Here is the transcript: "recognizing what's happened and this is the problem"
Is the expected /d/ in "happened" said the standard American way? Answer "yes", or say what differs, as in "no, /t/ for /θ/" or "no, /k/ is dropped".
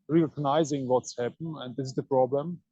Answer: no, /d/ is dropped